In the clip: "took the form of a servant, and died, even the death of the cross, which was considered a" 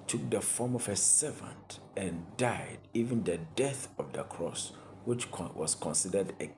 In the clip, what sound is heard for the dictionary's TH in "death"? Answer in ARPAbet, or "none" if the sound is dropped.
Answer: TH